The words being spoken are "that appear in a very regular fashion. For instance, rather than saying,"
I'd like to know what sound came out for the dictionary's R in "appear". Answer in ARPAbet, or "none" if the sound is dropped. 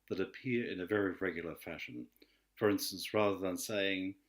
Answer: R